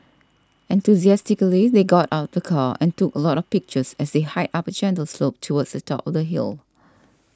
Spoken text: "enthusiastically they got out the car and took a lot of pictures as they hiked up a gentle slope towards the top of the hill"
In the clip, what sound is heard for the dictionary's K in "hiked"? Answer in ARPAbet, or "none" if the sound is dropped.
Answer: none